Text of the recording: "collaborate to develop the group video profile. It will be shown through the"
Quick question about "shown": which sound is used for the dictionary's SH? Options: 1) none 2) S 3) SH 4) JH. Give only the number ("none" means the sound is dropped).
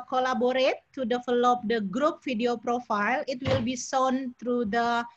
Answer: 2